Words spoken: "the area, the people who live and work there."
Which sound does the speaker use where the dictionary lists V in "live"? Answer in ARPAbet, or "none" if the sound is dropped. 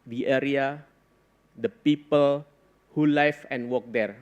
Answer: F